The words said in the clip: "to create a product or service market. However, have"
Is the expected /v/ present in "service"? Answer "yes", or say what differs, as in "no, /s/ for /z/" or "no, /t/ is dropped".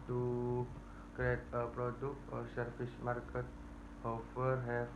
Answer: no, /f/ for /v/